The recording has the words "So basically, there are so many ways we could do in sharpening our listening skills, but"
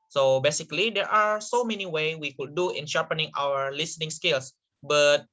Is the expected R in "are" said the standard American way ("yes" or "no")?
yes